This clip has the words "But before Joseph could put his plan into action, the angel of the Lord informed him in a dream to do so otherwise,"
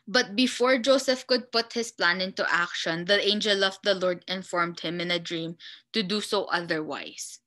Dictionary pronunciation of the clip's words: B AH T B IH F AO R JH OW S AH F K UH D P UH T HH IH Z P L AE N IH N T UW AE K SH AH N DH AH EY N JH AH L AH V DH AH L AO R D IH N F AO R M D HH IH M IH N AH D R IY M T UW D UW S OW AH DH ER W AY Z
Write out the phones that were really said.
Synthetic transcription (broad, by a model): B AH T B IH F AO R JH OW S AH F K UH D P UH T HH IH S P L AE N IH N T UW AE K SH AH N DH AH EY N JH AH L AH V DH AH L AO R D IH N F AO R M D HH IH M IH N AH D R IY M T UW D UW S OW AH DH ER W AY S